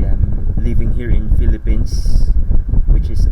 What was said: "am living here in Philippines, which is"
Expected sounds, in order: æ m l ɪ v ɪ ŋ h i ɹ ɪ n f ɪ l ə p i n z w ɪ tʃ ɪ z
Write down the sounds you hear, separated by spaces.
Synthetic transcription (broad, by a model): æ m l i v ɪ ŋ h i ɹ ɪ n f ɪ l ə p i n s w ɪ tʃ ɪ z